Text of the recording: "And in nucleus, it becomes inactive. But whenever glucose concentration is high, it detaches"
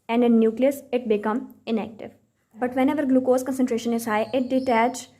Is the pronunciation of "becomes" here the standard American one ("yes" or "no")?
no